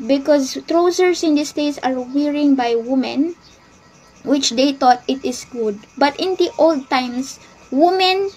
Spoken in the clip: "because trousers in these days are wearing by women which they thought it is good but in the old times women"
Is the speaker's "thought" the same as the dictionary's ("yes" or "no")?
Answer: no